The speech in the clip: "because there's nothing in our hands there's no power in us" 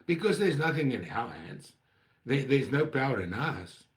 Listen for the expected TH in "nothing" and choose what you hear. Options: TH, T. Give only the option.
TH